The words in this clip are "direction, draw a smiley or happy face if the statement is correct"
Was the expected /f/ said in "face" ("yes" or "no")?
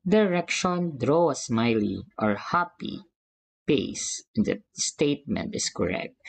no